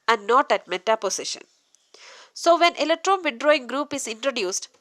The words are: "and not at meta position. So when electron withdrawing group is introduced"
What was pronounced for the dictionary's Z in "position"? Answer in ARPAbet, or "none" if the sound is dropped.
S